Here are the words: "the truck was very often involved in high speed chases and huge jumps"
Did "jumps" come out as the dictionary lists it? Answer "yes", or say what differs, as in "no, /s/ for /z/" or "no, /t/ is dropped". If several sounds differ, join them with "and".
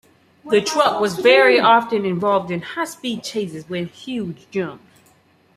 no, /s/ is dropped